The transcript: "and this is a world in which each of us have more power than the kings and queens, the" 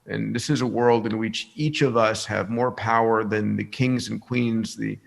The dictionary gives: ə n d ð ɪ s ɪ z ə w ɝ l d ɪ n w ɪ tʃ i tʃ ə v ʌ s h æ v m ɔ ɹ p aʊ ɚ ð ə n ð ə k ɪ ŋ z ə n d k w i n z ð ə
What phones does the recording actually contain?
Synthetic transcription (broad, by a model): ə n ð ɪ s ɪ z ə w ɝ l d ɪ n w ɪ tʃ i tʃ ə v ʌ s h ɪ v m ɔ ɹ p aʊ ɚ ð ə n ð ə k ɪ ŋ z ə n k w i n z ð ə